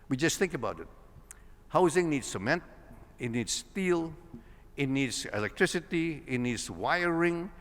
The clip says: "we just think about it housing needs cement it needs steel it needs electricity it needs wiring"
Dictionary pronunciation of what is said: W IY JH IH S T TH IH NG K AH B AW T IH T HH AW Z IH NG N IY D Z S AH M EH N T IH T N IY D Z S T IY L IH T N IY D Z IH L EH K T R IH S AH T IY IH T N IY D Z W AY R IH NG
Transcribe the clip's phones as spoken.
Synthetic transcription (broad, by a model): W IY JH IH S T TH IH NG K AH B AW T IH T HH AW Z IH NG N IY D S AH M EH N T IH T N IY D S T IY L IH T N IY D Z IH L EH K T R IH S AH T IY IH T N IY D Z W AY R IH NG